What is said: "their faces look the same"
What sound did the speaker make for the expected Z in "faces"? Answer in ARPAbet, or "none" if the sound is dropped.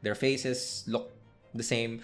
S